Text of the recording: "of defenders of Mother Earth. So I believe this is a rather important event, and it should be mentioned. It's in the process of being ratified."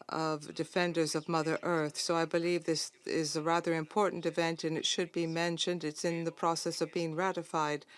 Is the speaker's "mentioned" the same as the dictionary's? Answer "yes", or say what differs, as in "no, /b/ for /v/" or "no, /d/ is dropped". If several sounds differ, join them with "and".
yes